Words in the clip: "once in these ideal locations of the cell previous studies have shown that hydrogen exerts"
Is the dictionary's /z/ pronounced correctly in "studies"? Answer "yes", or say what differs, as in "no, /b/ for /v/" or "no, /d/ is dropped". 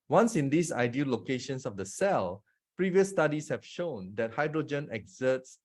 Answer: no, /s/ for /z/